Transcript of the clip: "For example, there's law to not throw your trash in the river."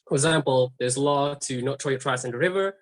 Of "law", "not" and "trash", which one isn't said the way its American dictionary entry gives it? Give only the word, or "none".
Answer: trash